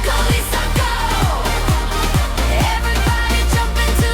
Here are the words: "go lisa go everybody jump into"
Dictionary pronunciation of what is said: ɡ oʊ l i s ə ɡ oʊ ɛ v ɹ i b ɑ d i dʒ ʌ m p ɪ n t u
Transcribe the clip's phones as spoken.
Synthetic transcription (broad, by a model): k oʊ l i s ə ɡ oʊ ɛ v ɹ i b ɑ d i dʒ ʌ p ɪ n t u